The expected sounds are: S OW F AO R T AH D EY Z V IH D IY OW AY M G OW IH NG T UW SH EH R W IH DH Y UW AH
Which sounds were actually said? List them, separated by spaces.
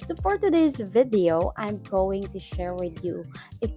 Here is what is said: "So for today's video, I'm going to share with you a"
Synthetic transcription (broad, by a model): S OW F AO R T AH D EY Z V IH D IY OW AY M G OW IH NG T UW SH EH R W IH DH Y UW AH